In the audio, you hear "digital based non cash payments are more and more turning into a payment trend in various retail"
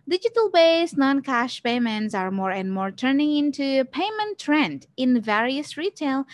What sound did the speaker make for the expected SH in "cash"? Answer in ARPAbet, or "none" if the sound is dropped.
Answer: SH